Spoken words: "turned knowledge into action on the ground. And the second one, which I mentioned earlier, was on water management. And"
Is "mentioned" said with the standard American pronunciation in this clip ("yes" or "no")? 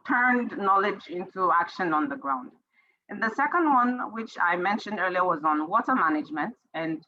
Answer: yes